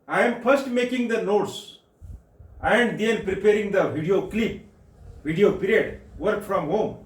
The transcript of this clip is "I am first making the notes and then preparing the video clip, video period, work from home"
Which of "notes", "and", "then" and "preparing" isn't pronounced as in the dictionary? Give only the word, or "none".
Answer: then